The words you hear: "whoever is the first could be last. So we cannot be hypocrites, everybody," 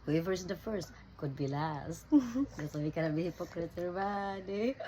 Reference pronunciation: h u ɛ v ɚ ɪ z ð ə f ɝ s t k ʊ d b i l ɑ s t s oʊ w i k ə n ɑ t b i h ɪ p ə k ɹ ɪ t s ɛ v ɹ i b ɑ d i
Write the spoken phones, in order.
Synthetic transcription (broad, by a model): h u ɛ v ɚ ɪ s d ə f ɝ s t k ʊ d b i l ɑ s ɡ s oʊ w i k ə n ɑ b i h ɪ p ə k ɹ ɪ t ɛ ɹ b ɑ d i